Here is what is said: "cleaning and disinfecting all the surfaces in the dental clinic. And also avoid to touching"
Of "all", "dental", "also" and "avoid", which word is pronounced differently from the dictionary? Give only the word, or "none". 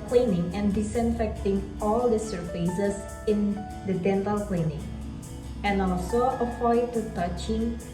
avoid